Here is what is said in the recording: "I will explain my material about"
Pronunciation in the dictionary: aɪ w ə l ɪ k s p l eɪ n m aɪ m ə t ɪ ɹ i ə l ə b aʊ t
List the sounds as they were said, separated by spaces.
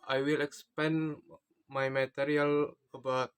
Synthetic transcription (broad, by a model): aɪ w ə l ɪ k s p eɪ n m aɪ m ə t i ɹ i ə l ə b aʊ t